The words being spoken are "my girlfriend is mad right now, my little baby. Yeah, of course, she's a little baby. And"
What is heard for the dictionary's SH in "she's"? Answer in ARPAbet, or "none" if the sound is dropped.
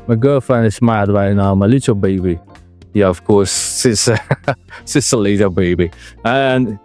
S